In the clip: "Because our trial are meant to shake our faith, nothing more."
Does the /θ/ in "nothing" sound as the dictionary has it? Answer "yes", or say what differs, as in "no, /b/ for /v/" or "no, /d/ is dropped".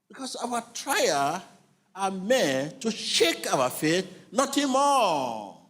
no, /t/ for /θ/